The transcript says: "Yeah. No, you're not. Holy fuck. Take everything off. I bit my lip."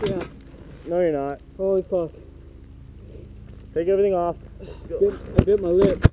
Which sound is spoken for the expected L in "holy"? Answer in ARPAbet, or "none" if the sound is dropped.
none